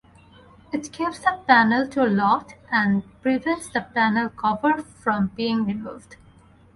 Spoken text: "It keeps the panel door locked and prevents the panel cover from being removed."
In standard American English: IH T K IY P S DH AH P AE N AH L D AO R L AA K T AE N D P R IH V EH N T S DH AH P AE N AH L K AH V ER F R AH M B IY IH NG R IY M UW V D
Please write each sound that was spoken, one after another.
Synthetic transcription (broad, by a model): IH T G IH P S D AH P AE N AH L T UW L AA T AE N D P R IH V EH N T S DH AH P AE N AH L K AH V ER F R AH M B IY IH NG R IY M UW V D